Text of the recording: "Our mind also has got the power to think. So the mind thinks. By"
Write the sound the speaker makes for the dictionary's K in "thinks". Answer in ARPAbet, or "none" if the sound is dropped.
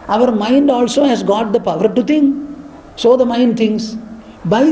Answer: none